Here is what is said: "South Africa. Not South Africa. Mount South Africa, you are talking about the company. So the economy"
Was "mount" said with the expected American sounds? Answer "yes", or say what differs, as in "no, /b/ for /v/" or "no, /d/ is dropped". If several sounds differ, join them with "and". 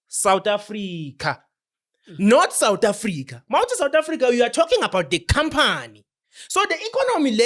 no, /n/ is dropped